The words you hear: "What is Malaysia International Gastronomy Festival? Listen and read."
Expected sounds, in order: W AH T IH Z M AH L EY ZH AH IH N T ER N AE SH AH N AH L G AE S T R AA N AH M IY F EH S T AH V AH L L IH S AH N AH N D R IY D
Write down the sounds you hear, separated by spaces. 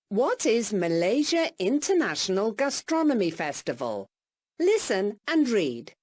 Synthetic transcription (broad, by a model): W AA T IH Z M AH L EY ZH AH IH N T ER N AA SH AH N AH L G AE S T R AA N AH M IY F EH S T AH V AH L L IH S AH N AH N R IY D